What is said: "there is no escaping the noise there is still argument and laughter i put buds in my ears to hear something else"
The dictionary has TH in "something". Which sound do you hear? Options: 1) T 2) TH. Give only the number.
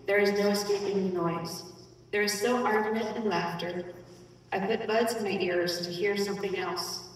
2